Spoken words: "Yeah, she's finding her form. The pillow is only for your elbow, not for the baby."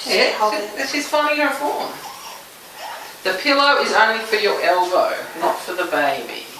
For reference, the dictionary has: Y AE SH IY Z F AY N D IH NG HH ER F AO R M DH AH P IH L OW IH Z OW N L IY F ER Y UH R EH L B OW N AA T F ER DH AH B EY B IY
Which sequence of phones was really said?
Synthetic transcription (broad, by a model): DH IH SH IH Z F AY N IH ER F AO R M DH AH P IH L OW IH Z OW N L IY F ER Y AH R EH L B OW N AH T F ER DH AH B EY B IY